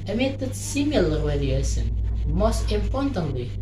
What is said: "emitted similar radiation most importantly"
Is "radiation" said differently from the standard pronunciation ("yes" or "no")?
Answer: yes